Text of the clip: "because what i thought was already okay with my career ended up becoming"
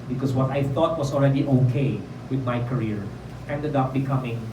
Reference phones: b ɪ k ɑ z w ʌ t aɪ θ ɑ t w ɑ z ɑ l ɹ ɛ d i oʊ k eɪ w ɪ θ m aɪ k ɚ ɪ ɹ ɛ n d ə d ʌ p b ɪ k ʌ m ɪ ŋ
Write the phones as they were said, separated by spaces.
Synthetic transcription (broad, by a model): b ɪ k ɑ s w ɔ t aɪ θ ɑ t w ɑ s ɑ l ɹ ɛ d i oʊ k eɪ w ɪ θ m aɪ k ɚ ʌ ɹ ɛ n d ə d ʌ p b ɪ k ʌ m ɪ ŋ